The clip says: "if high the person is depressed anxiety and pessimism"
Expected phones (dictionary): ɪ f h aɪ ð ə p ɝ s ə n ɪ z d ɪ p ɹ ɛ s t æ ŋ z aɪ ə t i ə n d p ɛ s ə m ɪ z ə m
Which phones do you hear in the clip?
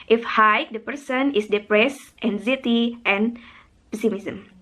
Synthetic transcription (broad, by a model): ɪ f h aɪ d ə p ɝ s ə n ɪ s d ɪ p ɹ ɛ s t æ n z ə t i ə n p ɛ s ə m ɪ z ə m